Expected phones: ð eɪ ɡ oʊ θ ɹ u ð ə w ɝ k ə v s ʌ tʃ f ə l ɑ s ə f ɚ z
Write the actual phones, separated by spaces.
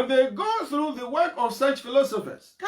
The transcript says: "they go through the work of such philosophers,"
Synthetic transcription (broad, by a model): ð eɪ ɡ oʊ θ ɹ u ð ə w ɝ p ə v s ʌ tʃ f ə l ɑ s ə f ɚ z